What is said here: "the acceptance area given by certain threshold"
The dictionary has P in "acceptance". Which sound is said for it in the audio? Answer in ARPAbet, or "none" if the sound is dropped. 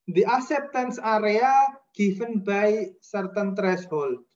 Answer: P